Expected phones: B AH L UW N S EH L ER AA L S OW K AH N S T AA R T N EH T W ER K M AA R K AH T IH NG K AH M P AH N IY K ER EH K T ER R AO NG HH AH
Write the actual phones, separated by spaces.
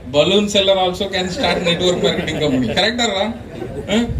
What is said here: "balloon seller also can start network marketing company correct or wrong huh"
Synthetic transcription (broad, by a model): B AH L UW N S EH L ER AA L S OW K AH N S T AA R T N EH T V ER K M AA R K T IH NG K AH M AH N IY K ER EH K T ER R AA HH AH